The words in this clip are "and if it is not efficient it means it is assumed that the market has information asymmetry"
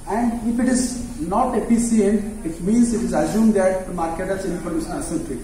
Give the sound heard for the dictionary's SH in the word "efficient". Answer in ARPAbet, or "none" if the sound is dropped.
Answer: S